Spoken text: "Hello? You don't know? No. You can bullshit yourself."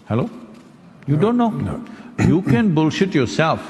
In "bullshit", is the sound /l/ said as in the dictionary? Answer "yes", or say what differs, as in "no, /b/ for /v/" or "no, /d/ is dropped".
yes